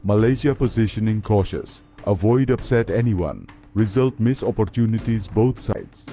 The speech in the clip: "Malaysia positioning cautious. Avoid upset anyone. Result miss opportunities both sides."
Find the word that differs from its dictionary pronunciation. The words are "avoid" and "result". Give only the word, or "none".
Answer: none